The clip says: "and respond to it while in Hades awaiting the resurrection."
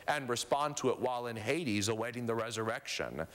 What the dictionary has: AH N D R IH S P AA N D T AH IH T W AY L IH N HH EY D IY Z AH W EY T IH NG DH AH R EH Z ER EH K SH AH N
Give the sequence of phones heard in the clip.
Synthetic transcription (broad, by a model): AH N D R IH S P AA N T AH IH T W AY L IH N HH EY D IY Z AH W EY T IH NG DH AH R EH Z ER EH K SH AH N